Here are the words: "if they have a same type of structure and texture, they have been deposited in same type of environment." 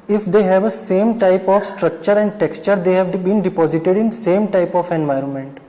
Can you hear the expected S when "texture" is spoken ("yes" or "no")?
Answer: yes